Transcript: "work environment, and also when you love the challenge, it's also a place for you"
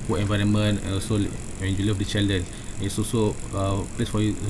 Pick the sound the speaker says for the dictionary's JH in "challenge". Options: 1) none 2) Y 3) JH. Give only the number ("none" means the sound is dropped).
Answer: 1